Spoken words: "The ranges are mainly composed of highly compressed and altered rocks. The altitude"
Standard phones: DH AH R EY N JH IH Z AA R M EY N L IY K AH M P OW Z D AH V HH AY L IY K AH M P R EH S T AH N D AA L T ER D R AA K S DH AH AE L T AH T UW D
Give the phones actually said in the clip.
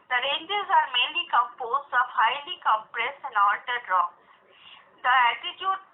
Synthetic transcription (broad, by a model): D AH R EY N JH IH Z AA R M EY N L IY K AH M P OW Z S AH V HH AY L IY K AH M P R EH S AH N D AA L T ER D R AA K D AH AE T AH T UW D